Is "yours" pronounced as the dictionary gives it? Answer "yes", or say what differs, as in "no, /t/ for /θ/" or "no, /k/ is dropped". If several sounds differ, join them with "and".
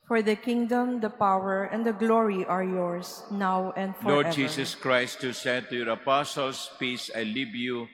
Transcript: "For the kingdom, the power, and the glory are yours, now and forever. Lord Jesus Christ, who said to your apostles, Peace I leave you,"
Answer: no, /s/ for /z/